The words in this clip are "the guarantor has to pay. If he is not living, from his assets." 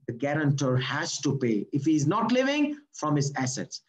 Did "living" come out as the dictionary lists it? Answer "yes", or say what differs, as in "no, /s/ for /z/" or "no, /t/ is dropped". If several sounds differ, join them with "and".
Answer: yes